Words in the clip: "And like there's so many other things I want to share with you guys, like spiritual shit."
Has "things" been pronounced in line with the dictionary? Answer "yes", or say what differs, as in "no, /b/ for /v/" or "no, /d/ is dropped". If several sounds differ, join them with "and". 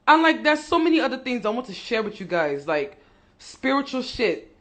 yes